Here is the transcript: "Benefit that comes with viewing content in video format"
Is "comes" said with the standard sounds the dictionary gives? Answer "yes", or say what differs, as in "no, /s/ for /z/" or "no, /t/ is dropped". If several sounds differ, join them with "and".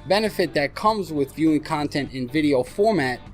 yes